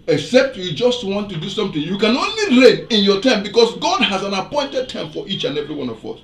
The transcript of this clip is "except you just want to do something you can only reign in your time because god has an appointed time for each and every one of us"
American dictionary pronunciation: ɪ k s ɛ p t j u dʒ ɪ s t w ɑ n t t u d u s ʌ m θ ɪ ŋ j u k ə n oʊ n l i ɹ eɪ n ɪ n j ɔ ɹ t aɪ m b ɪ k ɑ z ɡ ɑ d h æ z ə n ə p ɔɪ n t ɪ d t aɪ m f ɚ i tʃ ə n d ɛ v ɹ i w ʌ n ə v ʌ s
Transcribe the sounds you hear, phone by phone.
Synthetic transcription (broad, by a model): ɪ k s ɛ p t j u dʒ ɪ s t w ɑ n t t u d u s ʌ m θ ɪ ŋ j u k ə n oʊ n l i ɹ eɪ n ɪ n j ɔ t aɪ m b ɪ k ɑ s ɡ ɑ d h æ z ə n ə p ɔɪ n t ɪ d t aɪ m f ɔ i tʃ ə n ɛ v ɹ i w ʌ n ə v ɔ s